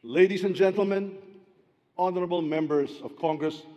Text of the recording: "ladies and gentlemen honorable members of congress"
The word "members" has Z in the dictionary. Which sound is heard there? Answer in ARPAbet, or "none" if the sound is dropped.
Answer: S